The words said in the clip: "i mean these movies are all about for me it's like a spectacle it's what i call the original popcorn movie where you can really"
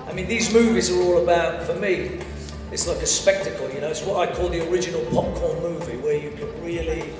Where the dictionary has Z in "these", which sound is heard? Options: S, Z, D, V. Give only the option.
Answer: Z